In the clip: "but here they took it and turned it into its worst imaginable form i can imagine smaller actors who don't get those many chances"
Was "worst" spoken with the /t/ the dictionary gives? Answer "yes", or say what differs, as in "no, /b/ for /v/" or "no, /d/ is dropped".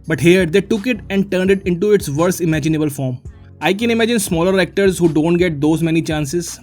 no, /t/ is dropped